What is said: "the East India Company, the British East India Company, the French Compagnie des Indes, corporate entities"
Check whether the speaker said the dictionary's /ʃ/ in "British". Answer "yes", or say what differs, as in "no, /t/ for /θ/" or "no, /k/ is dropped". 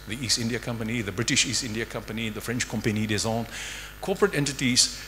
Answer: yes